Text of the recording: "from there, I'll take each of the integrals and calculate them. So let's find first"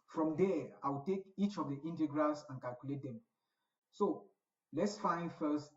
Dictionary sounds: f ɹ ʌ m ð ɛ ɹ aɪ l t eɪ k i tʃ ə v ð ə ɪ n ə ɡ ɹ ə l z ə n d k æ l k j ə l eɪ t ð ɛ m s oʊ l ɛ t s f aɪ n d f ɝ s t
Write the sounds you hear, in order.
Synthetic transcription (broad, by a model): f ɹ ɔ m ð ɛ aɪ w t eɪ k i tʃ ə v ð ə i n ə ɡ ɹ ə l s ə n k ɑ l k j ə l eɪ t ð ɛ m s oʊ l ɛ t s f aɪ n d f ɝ s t